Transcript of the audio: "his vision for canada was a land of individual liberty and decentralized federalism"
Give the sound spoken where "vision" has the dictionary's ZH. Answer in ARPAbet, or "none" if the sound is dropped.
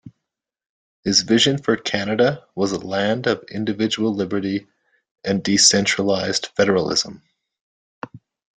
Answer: ZH